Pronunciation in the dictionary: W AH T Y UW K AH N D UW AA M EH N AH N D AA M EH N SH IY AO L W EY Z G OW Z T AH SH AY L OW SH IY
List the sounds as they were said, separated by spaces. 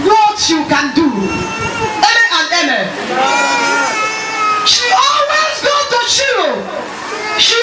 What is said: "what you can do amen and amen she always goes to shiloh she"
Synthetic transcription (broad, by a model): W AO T Y UW K AH N D UW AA AA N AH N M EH SH IY AO L W EY Z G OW T AH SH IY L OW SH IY